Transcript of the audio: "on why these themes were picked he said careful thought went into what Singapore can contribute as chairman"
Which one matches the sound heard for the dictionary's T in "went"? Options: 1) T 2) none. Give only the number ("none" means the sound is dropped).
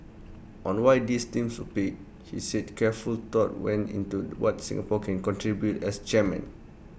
2